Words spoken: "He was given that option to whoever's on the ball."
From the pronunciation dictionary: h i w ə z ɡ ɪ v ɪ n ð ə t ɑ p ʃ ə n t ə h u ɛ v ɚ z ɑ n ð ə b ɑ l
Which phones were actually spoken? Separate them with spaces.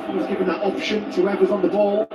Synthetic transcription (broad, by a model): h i w ə z ɡ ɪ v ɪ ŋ ð ə t ɑ p ʃ ə n t ə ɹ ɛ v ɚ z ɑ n ð ə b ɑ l